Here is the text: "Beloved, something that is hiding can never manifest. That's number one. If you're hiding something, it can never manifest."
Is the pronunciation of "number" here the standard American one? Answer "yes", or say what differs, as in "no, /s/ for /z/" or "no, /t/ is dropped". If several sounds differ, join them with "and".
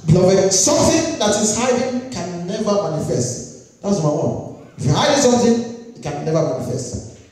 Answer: no, /b/ is dropped